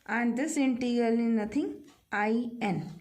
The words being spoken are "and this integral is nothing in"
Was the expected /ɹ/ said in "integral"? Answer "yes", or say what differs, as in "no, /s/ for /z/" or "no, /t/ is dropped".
no, /ɹ/ is dropped